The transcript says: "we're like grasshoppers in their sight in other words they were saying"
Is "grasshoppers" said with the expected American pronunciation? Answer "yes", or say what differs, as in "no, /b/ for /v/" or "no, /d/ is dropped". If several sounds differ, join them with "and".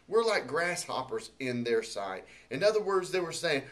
yes